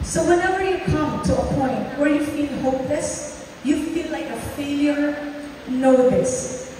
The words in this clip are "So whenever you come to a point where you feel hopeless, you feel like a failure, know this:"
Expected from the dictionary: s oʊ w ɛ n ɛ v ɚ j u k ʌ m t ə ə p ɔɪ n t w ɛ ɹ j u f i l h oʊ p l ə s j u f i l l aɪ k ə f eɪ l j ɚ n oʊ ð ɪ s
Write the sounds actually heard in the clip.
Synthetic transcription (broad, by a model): s oʊ w ɛ n ɛ v ɚ j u k ʌ m t ə ə p ɔɪ n t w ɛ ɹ j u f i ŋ h oʊ p l ə s j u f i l l aɪ k ə f eɪ l j ɚ n oʊ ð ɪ s